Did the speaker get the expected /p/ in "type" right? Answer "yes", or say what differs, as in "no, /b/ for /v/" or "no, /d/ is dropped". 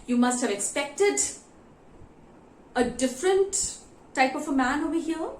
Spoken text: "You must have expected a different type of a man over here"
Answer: yes